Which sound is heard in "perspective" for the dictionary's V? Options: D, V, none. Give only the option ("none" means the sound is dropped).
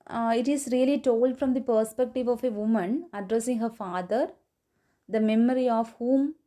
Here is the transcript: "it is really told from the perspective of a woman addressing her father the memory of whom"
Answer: V